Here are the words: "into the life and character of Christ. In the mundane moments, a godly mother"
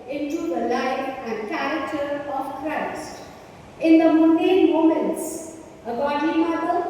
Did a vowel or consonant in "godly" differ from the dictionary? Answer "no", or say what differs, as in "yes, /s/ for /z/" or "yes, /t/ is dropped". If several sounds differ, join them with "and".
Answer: yes, /l/ is dropped